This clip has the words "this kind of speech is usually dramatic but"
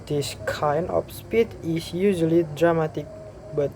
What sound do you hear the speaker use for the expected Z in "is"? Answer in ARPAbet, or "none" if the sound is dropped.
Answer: S